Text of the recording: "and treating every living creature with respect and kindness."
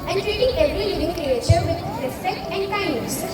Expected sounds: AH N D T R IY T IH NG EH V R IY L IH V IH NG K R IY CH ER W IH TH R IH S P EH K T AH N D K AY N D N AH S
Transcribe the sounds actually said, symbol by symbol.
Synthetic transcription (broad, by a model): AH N T R IY T IH NG EH V R IY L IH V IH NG K R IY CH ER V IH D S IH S EH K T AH N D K AY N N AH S